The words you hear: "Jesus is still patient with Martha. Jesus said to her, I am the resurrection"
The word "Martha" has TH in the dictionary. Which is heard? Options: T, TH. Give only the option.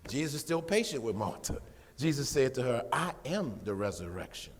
T